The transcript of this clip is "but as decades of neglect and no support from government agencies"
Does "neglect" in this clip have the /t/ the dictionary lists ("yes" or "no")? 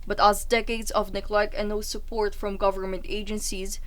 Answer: no